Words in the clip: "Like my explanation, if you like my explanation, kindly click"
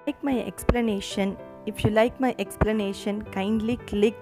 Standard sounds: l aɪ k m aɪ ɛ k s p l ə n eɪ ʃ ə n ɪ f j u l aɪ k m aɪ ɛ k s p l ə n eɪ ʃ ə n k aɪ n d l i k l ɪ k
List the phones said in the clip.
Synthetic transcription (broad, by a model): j k m aɪ ɛ k s p l ə n eɪ ʃ ə n ɪ f j u l aɪ k m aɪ ɛ k s p l ə n eɪ ʃ ə n k aɪ n d l i k l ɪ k